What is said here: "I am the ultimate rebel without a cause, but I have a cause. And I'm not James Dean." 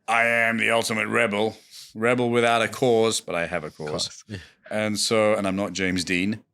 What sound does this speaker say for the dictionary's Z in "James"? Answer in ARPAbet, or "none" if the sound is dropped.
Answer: Z